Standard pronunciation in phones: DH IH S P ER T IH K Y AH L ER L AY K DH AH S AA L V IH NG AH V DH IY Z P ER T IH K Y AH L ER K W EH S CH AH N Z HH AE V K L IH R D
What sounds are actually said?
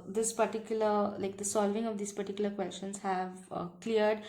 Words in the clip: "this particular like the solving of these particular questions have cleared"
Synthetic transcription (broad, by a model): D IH S P ER T IH K Y AH L ER L AY K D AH S AA L V IH NG AH V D IY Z P ER T IH K Y AH L ER K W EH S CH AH N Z HH AE V K L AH R D